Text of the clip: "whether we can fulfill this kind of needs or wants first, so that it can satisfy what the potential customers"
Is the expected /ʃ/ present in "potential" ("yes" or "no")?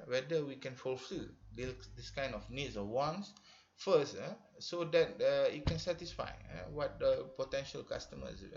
yes